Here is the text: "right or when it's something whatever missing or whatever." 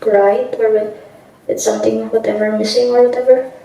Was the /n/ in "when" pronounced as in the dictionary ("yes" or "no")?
no